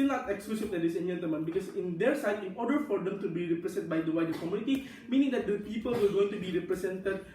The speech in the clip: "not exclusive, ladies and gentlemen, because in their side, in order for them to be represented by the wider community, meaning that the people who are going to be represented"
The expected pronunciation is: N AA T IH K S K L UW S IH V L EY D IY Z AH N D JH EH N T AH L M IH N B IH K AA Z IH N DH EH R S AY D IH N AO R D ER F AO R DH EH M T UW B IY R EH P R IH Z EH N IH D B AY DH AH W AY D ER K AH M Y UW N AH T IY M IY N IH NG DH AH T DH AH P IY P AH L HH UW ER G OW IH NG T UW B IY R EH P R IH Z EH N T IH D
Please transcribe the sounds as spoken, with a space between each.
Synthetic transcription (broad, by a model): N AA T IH K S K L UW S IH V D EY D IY S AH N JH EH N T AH M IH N B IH K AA S IH N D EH R S AY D IH N AO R D ER F AO R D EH M T UW B IY R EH P R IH S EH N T B AY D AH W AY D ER K AH M Y UW N AH T IY M IY N IH NG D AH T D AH P IY P AH L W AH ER G OW IH NG T UW B IY R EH P R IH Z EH N T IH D